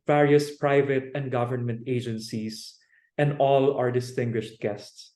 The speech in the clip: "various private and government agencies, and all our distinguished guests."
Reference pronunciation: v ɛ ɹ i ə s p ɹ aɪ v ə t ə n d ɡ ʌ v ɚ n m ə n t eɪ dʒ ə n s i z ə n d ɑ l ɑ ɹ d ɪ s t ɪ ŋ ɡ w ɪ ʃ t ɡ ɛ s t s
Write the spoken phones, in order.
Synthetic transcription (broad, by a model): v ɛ ɹ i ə s p ɹ aɪ v ə t ə n d ɡ ʌ v ɚ n m ə n t eɪ dʒ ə n s i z ə n d ɑ l ɑ ɹ d ɪ s t ɪ ŋ ɡ w ɪ ʃ t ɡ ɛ s t s